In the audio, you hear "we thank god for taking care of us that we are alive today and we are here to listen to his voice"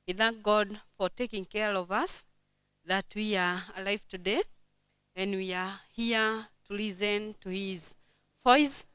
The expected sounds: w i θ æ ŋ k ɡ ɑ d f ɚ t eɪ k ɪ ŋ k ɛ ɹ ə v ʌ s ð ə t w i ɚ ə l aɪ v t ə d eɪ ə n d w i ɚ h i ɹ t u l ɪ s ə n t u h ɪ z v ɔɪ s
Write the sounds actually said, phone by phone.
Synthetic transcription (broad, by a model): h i θ æ ŋ k ɡ ɑ d f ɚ t eɪ k ɪ ŋ k ɛ ɹ ə v ʌ s ð ə t w i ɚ ə l aɪ v t ə d eɪ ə n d w i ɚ h i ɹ t u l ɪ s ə n t u h ɪ z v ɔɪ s